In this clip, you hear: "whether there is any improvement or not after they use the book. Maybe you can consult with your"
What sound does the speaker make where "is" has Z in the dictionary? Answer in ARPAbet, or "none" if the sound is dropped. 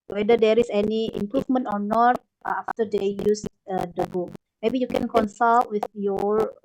S